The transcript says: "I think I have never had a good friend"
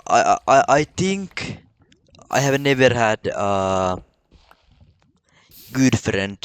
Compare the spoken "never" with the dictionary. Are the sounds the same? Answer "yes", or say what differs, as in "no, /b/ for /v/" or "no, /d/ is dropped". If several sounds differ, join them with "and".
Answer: yes